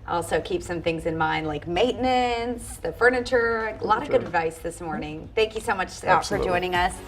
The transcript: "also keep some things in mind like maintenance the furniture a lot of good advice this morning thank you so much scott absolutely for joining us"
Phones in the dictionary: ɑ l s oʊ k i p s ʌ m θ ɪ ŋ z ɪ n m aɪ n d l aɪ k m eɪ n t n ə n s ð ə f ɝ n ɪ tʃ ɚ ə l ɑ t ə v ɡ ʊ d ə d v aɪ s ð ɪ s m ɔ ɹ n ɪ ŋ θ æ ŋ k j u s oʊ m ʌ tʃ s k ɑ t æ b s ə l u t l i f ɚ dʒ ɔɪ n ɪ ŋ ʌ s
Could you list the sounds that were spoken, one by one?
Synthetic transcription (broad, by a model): ɑ l s oʊ k i p s ʌ m θ ɪ ŋ z ɪ n m aɪ n d l aɪ k m eɪ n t n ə n s ð ə f ɝ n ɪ tʃ ɚ ə l ɑ t ə v ɡ ʊ d ə d v aɪ s ð ɪ s m ɔ ɹ n ɪ ŋ θ æ ŋ k j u s oʊ m ʌ tʃ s ɑ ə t f ɚ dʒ ɔɪ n ɪ ŋ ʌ s